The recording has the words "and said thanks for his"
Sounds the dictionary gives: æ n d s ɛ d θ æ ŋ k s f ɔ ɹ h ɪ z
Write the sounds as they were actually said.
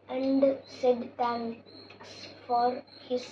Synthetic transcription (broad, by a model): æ n d s ɛ d t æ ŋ s f ɔ ɹ h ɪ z